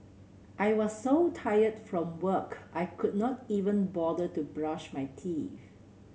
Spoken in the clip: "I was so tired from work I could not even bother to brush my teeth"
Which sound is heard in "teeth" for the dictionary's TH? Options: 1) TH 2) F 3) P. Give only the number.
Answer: 2